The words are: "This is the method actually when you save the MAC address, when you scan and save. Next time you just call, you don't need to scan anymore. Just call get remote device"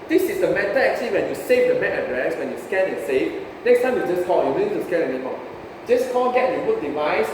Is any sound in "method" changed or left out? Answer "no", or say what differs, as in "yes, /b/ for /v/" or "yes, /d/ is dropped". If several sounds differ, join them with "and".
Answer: yes, /t/ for /θ/ and /d/ is dropped